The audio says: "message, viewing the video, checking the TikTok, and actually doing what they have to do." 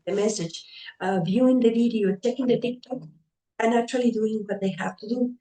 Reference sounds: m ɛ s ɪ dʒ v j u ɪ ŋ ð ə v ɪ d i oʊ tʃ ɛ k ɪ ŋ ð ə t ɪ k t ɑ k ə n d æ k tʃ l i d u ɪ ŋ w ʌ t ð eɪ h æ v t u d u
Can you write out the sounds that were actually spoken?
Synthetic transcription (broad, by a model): m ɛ s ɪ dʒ v j u ɪ ŋ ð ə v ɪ d i oʊ tʃ ɛ k ɪ ŋ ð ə t ɪ k t ɑ k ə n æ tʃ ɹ l i d u ɪ ŋ w ʌ t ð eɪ h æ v t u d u